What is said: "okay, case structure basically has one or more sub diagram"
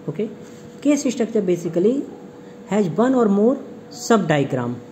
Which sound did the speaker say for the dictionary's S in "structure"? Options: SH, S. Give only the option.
SH